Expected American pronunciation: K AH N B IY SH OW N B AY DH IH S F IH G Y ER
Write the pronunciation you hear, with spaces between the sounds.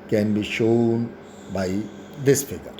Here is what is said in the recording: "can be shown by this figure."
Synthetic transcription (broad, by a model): K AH N B IY SH OW N B AY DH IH S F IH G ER